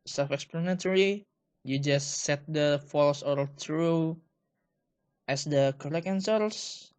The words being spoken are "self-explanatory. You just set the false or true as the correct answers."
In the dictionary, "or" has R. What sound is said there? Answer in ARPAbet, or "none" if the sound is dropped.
L